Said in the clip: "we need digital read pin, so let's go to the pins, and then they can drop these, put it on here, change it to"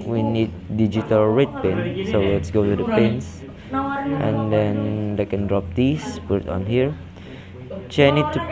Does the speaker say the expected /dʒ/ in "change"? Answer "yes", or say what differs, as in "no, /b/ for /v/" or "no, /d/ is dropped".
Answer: no, /dʒ/ is dropped